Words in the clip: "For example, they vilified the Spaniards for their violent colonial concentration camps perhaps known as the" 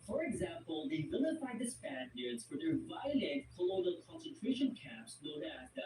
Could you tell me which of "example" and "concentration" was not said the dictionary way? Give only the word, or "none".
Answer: none